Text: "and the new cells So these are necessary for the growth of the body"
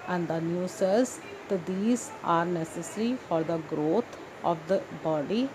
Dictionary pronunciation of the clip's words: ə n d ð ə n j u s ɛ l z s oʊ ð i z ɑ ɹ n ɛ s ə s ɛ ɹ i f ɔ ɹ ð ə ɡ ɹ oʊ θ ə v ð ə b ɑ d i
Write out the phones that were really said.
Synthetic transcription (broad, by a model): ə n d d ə n j u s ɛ z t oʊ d i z ɑ ɹ n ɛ s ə s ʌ ɹ i f ɔ ɹ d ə ɡ ɹ oʊ t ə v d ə b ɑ d i